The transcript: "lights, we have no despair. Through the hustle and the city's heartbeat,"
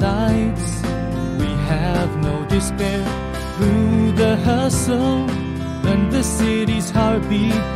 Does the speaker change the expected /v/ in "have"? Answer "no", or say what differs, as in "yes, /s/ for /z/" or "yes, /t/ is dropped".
no